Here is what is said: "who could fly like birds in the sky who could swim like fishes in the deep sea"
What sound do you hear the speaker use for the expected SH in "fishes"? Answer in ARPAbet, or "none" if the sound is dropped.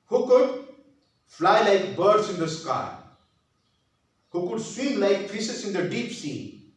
S